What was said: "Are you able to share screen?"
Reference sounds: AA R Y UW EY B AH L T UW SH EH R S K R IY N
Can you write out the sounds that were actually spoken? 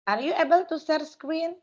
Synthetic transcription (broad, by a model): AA R Y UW EY B AH L T UW S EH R S K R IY N